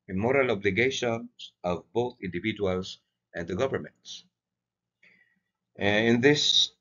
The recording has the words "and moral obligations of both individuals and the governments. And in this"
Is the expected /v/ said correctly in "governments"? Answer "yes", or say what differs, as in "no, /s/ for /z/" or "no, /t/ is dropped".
yes